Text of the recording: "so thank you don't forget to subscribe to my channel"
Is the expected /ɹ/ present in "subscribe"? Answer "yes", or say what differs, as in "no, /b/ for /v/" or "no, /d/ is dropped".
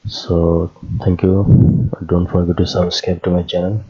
no, /ɹ/ is dropped